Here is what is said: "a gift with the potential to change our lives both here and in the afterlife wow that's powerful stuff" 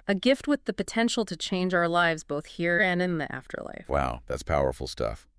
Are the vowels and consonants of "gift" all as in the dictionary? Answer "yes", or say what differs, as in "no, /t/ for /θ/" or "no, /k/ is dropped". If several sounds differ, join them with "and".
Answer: yes